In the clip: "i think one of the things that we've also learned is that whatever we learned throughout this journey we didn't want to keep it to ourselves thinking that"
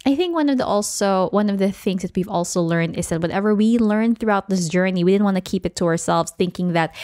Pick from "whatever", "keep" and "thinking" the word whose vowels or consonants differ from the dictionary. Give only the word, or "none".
none